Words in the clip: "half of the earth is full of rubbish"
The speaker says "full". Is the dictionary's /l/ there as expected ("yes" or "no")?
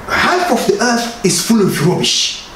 yes